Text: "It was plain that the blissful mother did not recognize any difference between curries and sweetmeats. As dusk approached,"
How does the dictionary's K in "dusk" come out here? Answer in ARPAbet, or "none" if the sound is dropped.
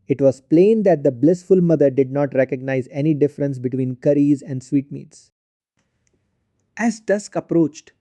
K